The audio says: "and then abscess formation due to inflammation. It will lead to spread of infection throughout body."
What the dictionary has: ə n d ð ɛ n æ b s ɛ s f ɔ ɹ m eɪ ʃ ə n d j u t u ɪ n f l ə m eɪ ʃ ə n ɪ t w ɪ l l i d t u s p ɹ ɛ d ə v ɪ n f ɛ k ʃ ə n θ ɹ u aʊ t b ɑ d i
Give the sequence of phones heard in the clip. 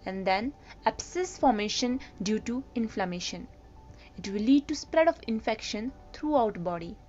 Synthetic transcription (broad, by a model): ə n d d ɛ n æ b s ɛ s f ɔ ɹ m eɪ ʃ ə n d j u t u ɪ n f l ə m eɪ ʃ ə n ɪ t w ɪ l l i d t u s p ɹ ɛ d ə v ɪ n f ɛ k ʃ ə n t ɹ u aʊ t b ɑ d i